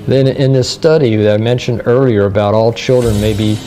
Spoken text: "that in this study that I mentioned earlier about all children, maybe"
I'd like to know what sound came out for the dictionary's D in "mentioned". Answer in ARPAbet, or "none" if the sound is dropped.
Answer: D